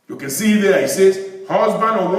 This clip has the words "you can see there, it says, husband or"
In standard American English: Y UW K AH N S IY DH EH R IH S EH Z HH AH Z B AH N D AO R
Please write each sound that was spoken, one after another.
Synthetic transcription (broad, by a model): Y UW K AH N S IY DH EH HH IH S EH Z HH AH Z B AH N D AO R